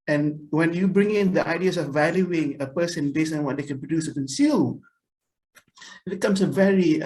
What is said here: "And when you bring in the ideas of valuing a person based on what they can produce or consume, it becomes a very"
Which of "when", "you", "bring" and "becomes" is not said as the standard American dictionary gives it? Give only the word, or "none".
becomes